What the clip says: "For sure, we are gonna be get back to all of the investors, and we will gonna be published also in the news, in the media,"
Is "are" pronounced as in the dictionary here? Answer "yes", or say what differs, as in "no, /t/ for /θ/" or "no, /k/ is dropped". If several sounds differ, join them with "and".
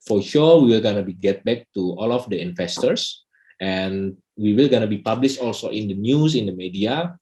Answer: no, /l/ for /ɹ/